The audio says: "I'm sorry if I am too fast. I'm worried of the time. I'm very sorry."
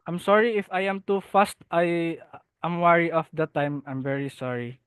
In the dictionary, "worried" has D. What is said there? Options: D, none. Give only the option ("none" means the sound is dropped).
none